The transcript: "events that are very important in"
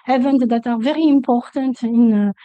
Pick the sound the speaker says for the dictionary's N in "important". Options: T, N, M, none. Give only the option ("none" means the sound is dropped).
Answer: N